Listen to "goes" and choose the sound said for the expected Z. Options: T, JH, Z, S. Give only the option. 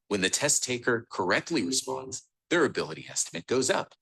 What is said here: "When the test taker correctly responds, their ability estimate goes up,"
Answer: Z